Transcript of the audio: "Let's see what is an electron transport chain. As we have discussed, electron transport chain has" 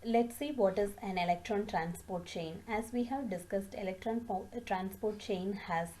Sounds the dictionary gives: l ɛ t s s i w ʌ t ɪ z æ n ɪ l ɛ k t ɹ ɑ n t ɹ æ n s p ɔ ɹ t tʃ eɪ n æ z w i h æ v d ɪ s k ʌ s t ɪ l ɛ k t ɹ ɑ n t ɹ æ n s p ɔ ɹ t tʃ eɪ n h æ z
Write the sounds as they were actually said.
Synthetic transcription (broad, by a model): l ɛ t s s i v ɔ t ɪ z æ n ɪ l ɛ k t ɹ ɑ n t ɹ æ n s p ɔ ɹ t tʃ eɪ n æ z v i h æ v d ɪ s k ʌ s t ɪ l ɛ k t ɹ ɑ n t ɹ æ n s p ɔ ɹ t tʃ eɪ n h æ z